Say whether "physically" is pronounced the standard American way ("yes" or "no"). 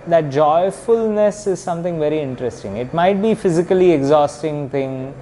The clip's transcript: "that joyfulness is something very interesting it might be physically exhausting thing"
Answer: yes